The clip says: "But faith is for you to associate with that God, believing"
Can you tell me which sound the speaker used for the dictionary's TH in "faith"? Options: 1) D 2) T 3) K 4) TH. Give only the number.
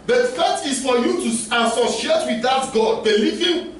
2